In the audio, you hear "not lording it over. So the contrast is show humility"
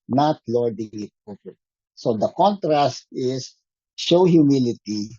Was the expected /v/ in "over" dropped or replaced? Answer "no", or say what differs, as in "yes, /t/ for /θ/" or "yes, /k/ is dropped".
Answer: yes, /p/ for /v/